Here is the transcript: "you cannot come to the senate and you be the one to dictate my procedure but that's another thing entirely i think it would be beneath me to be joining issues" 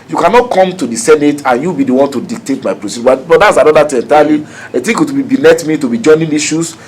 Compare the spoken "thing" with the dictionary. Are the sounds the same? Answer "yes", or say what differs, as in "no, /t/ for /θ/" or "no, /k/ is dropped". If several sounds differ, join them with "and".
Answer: no, /t/ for /θ/